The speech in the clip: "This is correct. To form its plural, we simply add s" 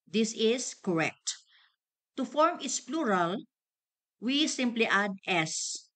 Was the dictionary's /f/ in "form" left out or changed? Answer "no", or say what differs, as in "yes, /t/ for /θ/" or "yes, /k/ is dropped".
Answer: no